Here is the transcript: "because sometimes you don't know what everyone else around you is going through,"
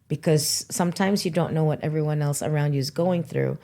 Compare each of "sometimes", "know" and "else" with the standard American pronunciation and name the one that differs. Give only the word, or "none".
none